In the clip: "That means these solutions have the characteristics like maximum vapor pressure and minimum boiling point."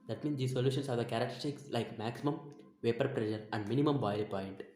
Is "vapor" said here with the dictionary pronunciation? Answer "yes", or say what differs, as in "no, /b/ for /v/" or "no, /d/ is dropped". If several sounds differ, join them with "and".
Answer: yes